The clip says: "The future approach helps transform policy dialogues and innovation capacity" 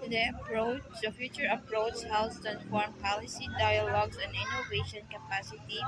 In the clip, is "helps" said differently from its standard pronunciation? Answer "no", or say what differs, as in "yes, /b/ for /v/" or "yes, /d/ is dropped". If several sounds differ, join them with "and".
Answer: yes, /p/ is dropped